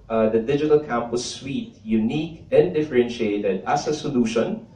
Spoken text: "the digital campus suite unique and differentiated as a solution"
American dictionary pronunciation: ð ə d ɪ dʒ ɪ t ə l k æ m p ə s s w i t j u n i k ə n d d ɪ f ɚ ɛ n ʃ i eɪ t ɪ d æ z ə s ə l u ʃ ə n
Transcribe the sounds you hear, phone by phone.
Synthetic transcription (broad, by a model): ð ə d ɪ dʒ ɪ t ə l k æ m p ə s s w i t j u n i k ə n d d ɪ f ɚ ɛ n ʃ i eɪ t ɪ d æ s ə s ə l u ʃ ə n